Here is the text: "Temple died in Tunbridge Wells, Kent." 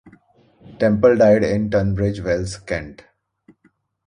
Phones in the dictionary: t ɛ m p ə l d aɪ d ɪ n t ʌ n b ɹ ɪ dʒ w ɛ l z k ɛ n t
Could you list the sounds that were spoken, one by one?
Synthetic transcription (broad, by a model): t ɛ m p ə l d aɪ d ɪ n t ʌ n b ɹ ɪ dʒ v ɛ l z k ɛ n t